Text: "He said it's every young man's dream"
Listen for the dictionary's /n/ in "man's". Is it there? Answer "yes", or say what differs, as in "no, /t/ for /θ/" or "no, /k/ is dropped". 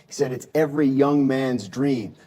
yes